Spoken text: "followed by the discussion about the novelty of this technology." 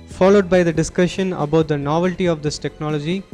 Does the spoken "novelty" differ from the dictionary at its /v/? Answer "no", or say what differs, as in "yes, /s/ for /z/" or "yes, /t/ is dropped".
no